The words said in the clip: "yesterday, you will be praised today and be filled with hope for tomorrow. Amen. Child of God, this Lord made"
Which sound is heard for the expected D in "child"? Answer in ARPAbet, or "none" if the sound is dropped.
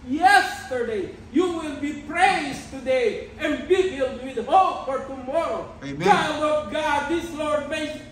none